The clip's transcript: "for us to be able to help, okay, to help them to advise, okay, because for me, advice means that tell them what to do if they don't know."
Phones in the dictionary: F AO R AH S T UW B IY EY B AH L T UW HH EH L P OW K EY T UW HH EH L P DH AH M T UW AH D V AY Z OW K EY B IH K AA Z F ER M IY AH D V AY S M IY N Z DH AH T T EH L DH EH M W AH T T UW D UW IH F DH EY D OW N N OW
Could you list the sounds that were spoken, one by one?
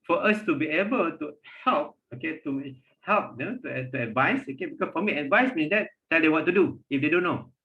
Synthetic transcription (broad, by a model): F AO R AH S T UW B IY EY B AH L T UW HH EH L P OW K EY T UW HH EH L P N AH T T UW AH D V AY S OW K EY B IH K AA S F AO M IY AH D V AY S M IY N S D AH T T EH L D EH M W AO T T UW D UW IH F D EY D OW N N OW